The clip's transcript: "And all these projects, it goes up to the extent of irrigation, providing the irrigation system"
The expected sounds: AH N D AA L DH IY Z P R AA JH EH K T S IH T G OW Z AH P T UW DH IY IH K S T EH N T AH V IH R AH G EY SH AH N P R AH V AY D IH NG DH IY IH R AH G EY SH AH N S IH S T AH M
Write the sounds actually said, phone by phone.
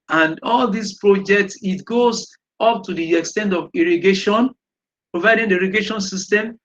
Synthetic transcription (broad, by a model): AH N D AA L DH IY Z P R AA JH EH K T S IH T G OW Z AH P T UW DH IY IH K S T EH N T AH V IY R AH G EY SH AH N P R AH V AY D IH NG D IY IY R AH G EY SH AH N S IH S T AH M